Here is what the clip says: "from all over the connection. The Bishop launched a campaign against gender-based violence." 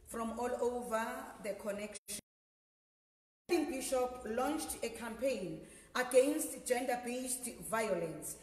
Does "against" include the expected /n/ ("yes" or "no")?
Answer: yes